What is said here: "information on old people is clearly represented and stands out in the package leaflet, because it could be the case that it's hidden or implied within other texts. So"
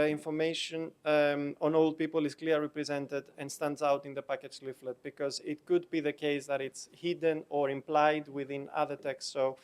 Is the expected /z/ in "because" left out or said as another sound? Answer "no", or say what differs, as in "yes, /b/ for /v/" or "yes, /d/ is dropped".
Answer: no